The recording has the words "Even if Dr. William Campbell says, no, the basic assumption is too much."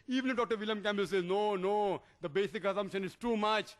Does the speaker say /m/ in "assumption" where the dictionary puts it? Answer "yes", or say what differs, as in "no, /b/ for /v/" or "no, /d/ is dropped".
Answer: yes